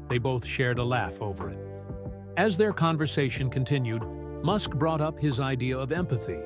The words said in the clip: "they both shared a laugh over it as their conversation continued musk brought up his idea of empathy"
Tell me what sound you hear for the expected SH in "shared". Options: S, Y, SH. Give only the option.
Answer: SH